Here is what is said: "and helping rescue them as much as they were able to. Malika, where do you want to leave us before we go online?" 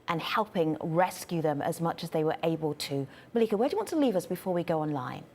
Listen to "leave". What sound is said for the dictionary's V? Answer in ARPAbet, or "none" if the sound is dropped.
V